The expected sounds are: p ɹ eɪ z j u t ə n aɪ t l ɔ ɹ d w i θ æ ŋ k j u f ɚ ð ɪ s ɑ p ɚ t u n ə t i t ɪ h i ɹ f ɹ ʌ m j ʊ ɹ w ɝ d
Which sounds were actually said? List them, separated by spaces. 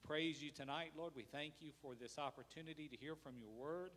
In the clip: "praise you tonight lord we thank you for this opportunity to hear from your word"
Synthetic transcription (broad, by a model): p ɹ eɪ z j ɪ t ə n aɪ t l ɔ ɹ d w i θ æ ŋ k j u f ɚ ð ɪ s ɑ p ɚ t u n ə t i t ɪ h i ɹ f ɹ ʌ m j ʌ ɹ w ɝ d